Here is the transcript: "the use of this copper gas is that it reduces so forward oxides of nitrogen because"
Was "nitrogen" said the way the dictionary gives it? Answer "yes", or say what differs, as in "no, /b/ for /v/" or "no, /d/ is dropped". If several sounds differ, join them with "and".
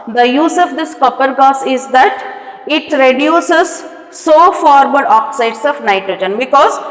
yes